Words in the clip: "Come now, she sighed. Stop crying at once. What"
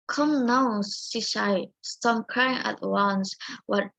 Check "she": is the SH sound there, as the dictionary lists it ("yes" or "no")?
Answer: no